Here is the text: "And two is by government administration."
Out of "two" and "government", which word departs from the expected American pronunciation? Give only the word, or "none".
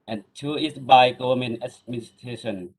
government